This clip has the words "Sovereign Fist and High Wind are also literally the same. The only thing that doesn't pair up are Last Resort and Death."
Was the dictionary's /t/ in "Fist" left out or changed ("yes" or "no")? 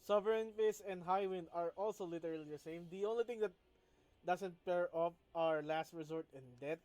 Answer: yes